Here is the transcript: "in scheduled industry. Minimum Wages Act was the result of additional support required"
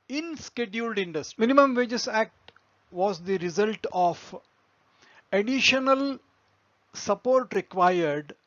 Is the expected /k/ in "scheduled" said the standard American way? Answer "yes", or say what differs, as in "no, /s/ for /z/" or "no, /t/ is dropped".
yes